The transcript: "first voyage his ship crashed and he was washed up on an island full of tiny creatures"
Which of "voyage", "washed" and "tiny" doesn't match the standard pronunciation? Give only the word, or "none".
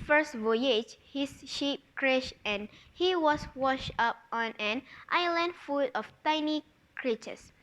none